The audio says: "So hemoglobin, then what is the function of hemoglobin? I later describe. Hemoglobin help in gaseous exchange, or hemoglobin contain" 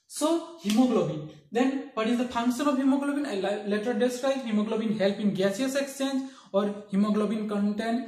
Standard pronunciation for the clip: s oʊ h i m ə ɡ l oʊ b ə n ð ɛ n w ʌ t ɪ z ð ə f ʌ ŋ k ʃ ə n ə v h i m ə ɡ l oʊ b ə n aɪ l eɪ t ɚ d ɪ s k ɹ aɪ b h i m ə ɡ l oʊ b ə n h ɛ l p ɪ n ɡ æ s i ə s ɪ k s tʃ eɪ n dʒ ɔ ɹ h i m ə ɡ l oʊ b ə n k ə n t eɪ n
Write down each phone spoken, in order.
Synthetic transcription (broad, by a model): s oʊ h i m ə ɡ l oʊ b ə n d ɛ n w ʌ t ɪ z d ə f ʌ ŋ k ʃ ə n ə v h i m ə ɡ l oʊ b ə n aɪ l eɪ t ɚ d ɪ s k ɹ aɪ h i m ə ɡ l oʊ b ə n h ɛ l p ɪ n ɡ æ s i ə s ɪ k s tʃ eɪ n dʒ ɔ ɹ h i m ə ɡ l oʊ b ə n k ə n t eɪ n